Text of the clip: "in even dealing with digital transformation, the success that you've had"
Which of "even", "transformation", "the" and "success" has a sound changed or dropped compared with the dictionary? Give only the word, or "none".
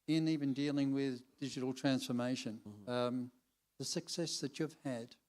none